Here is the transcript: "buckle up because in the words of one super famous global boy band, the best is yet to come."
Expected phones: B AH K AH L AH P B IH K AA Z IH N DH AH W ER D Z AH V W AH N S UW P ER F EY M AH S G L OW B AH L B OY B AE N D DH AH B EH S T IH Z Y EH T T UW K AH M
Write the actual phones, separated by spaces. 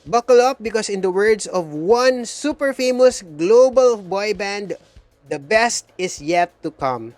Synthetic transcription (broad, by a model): B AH K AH L AH P B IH K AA S IH N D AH W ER D S AH V W AH N S UW P ER F EY M AH S G L OW B AH L B OY B AE N D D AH B EH S T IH S Y EH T T UW K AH M